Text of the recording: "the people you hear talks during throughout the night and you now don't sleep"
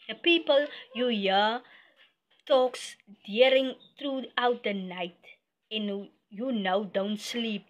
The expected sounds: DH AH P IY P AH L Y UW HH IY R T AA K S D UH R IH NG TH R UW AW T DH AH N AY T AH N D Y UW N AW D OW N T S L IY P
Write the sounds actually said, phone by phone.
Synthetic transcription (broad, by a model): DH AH P IY P AH L Y UW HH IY T AA K S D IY R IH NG T R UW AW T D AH N AY T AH N Y UW N AW D OW N T S L IY P